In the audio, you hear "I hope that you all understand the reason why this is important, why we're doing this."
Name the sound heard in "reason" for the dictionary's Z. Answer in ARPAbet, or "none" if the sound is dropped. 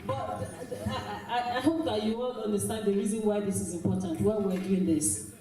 Z